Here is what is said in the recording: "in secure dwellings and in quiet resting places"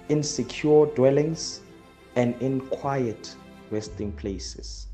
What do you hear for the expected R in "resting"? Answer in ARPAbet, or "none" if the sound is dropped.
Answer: W